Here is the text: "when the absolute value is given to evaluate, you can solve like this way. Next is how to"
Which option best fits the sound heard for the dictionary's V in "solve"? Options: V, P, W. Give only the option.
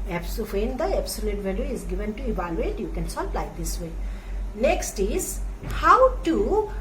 P